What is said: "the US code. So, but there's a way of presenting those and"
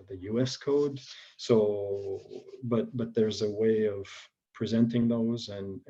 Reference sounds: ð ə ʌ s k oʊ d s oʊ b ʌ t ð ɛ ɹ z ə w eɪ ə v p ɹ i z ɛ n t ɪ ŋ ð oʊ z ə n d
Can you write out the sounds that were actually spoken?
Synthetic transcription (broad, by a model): ð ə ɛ s k oʊ d s oʊ b ʌ t ð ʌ ɹ z ə w eɪ ə v p ɹ i z ɛ n t ɪ ŋ ð oʊ z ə n